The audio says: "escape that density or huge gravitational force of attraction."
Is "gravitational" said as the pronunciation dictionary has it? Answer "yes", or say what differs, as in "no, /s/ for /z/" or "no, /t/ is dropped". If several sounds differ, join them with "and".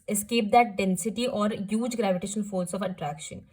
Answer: no, /n/ is dropped and /n/ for /l/